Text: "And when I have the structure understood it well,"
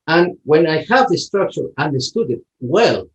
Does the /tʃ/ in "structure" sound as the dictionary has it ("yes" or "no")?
yes